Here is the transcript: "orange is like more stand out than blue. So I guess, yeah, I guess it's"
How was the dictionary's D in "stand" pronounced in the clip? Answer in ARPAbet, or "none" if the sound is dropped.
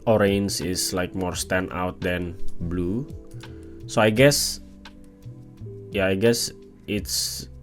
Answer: none